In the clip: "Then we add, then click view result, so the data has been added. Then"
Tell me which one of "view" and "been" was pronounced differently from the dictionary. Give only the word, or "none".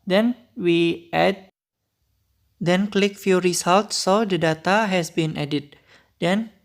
view